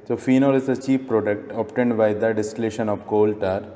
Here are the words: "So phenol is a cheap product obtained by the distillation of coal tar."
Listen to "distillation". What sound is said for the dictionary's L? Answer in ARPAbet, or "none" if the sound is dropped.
L